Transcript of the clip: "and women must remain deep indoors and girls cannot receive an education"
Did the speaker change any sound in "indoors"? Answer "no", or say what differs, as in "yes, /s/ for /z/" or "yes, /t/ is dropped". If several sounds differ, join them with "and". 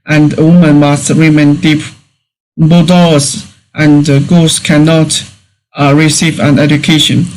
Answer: yes, /n/ is dropped